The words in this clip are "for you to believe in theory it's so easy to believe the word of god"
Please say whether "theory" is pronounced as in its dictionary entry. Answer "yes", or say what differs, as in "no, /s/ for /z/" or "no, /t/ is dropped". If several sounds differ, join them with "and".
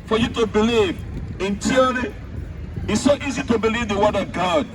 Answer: no, /t/ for /θ/